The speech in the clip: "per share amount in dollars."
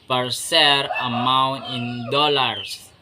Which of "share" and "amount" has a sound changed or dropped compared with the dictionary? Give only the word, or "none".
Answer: share